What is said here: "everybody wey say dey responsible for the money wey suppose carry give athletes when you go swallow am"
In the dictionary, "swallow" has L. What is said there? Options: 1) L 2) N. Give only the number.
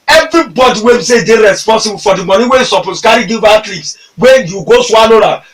2